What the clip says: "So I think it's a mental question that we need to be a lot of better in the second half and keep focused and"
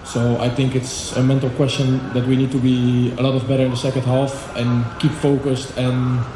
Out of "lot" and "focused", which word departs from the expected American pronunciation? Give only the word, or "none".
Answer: none